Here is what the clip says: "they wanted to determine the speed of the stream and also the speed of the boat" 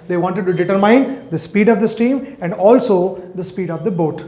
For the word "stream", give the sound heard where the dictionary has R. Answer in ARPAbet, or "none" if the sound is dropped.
none